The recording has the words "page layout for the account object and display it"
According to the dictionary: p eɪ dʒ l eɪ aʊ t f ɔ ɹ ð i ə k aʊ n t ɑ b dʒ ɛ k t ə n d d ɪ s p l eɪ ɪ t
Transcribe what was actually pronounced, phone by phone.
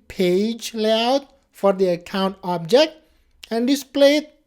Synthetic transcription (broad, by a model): p eɪ dʒ l eɪ aʊ t f ɔ ɹ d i ə k aʊ n t ɑ b dʒ ɛ k t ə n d d ɪ s p l eɪ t